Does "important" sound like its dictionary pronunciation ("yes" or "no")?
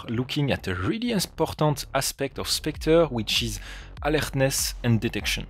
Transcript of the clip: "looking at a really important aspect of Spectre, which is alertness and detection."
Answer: no